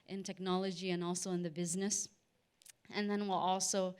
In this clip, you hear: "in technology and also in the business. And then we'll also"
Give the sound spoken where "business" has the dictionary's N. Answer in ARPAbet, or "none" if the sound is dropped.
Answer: N